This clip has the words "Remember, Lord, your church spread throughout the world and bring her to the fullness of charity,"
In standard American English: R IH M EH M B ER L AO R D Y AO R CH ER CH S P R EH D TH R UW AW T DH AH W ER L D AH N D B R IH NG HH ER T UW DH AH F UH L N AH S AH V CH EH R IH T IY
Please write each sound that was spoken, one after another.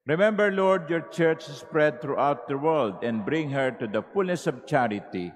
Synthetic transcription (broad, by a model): R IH M EH M B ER L AO R D Y AO R CH ER CH S P R EH D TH R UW AW T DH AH W ER L D AH N D B R IH NG HH ER T UW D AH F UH L N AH S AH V CH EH R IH T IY